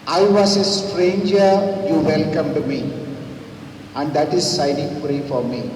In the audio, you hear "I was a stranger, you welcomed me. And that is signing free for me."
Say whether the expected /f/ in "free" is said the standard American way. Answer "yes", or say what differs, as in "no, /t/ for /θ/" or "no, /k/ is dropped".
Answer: no, /p/ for /f/